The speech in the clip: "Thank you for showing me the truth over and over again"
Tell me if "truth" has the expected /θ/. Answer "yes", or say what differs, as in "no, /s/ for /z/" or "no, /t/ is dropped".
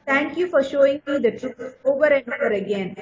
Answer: no, /s/ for /θ/